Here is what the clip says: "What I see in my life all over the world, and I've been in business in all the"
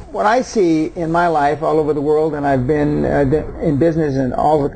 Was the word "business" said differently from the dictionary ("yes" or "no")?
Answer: no